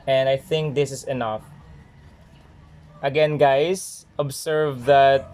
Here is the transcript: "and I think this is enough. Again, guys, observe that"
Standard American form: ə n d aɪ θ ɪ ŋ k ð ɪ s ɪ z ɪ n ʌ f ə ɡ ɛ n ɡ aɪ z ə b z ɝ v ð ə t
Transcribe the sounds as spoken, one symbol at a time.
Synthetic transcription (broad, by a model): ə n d aɪ θ ɪ ŋ k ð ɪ s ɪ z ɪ n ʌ f ə ɡ ɛ n ɡ aɪ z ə b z ɝ v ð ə t